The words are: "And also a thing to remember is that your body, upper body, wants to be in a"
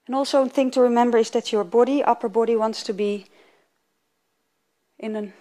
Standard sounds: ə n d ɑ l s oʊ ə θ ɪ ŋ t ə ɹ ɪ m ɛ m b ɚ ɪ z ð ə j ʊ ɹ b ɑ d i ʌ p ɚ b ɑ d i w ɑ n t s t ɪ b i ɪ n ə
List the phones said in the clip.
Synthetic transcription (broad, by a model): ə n ɑ l s oʊ ə θ ɪ ŋ t ə ɹ ɪ m ɛ m b ɚ ɪ z ð ə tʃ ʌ ɹ b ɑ d i ʌ p ɚ b ɑ d i w ɑ n t s t ɪ b i ɪ n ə